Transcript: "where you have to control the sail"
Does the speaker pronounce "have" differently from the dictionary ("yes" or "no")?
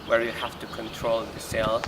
yes